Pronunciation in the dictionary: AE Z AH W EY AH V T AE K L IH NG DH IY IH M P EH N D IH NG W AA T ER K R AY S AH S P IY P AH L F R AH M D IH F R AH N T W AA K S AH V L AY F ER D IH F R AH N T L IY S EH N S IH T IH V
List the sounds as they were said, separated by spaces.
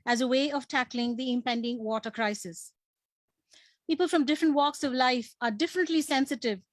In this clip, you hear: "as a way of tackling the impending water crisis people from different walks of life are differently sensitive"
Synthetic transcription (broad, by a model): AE Z AH W EY AH V T AE K L IH NG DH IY IH M P EH N D IH NG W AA T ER K R AY S AH S P IY P AH L F R AH M D IH F R AH N T W AA K S AH V L AY F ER D IH F R AH N T L IY S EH N S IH T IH V